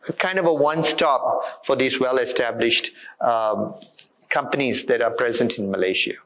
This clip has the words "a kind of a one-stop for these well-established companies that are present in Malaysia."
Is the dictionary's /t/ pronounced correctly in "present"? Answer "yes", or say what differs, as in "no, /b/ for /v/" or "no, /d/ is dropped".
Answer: yes